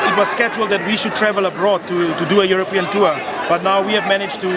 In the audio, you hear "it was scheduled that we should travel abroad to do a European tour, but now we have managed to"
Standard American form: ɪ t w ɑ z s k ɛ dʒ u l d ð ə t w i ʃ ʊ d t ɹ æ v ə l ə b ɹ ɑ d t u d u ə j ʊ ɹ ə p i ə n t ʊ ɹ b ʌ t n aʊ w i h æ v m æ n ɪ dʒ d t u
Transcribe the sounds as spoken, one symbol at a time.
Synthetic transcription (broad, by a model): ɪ t w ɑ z s k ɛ dʒ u l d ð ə t w i ʃ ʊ d t ɹ æ v ə l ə b ɹ ɑ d t u d u ə j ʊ ɹ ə p i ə n t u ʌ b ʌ t n aʊ w i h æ v m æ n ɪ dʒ t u